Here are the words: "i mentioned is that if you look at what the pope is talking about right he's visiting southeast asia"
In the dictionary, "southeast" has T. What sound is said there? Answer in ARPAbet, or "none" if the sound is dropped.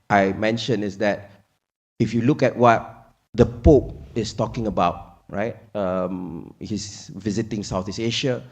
none